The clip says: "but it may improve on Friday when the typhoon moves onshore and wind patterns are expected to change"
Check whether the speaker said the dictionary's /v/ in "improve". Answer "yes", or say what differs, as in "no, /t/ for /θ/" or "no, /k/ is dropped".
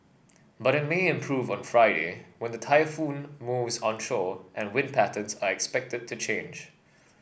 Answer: yes